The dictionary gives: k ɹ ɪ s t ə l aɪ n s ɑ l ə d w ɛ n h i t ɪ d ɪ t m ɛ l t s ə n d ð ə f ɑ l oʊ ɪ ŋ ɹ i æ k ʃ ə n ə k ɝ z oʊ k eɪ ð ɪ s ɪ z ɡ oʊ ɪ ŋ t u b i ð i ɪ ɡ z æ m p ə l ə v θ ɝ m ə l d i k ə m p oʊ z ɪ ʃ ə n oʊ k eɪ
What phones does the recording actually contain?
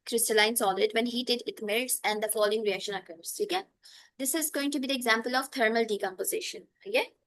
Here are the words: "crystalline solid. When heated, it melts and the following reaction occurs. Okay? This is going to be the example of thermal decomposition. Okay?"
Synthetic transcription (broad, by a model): k ɹ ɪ s t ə l aɪ n s ɑ l ə d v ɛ n h i t ɪ d ɪ t m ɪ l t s ə n d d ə f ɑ l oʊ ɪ ŋ ɹ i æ k ʃ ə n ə k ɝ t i k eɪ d ɪ s ɪ z ɡ oʊ ɪ ŋ t u b i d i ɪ ɡ z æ m p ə l ə v t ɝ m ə l d i k ə m p oʊ z ɪ ʃ ə n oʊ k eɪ